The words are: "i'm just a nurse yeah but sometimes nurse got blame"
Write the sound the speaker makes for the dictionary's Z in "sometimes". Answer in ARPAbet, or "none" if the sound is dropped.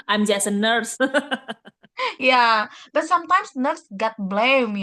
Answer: S